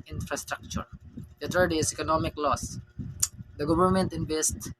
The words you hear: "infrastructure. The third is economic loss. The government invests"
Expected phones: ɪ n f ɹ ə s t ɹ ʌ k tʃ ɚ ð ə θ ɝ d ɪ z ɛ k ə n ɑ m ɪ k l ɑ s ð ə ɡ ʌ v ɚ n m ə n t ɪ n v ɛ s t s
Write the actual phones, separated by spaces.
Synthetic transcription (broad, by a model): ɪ n f ɹ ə s t ɹ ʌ k tʃ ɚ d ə t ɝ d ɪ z ɛ k ə n ɑ m ɪ k l ɑ s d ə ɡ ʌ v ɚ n m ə n t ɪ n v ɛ s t